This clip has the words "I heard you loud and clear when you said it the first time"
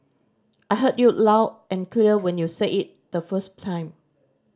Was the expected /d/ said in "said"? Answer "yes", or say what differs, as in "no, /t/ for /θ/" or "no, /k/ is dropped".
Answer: no, /d/ is dropped